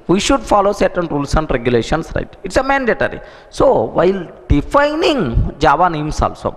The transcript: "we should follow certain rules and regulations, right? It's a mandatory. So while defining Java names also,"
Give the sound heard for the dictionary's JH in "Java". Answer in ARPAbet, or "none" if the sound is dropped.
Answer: JH